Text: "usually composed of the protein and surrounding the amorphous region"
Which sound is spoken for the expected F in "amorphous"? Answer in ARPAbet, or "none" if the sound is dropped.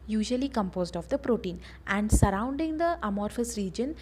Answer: F